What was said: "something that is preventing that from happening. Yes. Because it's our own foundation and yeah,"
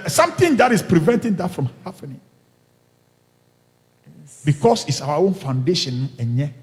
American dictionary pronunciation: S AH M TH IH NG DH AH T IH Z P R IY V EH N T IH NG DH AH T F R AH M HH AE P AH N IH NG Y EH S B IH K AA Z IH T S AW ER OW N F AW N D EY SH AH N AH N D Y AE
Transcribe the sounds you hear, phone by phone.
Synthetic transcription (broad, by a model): S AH M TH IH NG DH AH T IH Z P R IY V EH N T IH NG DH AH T F R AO M HH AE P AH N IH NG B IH K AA S IH T S AW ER OW N F AW N D EY SH AH N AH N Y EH